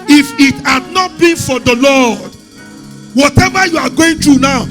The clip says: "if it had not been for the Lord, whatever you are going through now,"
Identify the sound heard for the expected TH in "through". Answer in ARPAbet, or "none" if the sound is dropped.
T